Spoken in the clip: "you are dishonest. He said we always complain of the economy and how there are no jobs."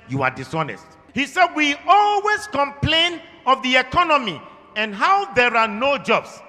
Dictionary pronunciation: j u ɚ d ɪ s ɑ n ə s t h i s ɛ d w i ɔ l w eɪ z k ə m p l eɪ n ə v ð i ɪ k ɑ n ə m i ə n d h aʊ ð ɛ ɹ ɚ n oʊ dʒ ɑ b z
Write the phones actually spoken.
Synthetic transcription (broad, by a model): j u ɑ d ɪ s ɑ n ə s t h i s ɛ d w i ɔ l w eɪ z k ə m p l eɪ n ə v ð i ɪ k ɑ n ə m i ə n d h aʊ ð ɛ ɹ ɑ n oʊ dʒ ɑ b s